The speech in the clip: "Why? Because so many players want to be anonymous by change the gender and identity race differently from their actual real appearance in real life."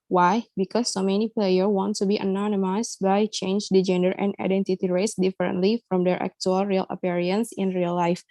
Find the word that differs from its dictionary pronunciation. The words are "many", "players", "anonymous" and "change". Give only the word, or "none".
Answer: players